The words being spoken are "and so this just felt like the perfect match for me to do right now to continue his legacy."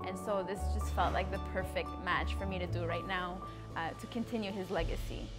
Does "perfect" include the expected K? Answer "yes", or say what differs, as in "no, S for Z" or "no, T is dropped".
yes